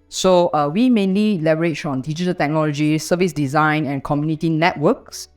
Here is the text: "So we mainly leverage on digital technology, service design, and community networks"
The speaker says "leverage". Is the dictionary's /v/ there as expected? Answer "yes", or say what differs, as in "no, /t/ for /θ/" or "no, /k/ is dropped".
no, /b/ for /v/